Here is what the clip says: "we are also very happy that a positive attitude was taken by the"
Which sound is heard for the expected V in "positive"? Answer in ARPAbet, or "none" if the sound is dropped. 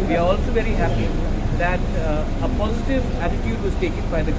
V